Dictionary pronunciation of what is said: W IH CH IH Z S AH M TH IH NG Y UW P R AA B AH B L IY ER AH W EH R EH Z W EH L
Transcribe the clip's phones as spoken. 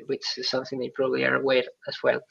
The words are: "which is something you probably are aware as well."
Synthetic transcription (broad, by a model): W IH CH IH Z S AH M TH IH NG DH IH P R AA B AH B L IY ER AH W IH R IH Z W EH L